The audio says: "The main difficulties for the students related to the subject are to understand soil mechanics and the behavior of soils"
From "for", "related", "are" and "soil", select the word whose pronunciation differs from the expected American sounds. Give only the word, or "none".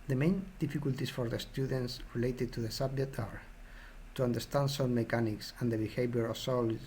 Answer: soil